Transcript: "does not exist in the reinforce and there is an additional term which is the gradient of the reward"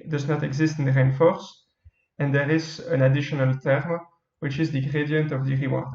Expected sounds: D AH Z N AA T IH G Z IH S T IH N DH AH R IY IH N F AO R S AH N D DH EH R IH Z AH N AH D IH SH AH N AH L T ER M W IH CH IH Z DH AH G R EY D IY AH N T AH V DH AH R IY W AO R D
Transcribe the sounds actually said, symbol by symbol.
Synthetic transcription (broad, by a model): D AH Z N AA T IH G Z IH S T IH N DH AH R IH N F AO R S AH N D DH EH R IH Z AH N AH D IH SH AH N AH L T ER M W IH CH IH Z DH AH G R EY D IY AH N T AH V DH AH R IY W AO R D